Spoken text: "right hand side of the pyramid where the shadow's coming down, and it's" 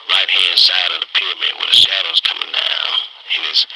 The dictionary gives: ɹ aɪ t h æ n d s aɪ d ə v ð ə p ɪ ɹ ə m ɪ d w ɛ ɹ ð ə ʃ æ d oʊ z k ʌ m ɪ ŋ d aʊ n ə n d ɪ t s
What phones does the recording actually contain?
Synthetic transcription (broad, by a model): ɹ aɪ t h æ n d s aɪ d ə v ð ə p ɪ ɹ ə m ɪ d w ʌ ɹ ð ə ʃ æ d oʊ z k ʌ m ɪ ŋ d aʊ ə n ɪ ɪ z